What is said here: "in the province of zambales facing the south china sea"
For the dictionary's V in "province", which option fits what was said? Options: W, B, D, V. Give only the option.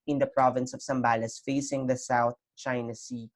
V